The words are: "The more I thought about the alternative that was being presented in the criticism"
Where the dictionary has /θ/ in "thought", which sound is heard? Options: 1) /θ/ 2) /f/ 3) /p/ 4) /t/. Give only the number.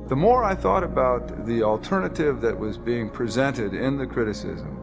1